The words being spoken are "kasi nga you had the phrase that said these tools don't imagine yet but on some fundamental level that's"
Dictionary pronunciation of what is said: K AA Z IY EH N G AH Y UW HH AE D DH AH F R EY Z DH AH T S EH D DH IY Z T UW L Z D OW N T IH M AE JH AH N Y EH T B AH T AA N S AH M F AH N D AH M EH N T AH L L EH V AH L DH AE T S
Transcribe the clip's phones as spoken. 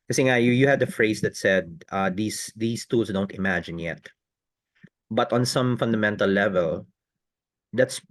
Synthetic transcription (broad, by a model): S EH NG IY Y Y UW HH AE D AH F R EY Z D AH T S EH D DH IY S T UW L S D OW N T IH M AE JH AH N Y EH T B AH T AA N S AH M F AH N D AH M EH N T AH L L EH V AH L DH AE T S